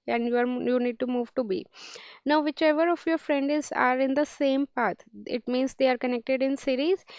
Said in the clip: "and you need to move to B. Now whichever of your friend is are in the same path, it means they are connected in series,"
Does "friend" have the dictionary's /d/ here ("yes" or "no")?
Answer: yes